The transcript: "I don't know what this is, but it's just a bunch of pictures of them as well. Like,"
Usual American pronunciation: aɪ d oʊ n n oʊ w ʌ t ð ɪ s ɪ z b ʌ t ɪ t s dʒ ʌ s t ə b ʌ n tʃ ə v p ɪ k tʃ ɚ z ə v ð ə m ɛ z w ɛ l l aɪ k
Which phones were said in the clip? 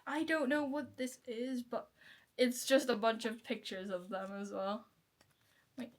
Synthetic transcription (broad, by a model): aɪ d oʊ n n oʊ w ʌ t ð ɪ s ɪ z b ʌ t ɪ t s dʒ ʌ s t ə b ʌ n tʃ ə v p ɪ k tʃ ɚ z ə v ð ə m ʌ z w ɛ l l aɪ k